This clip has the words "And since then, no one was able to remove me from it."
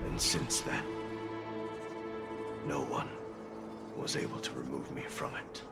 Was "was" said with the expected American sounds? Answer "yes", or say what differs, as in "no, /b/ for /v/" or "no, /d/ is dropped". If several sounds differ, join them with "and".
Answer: yes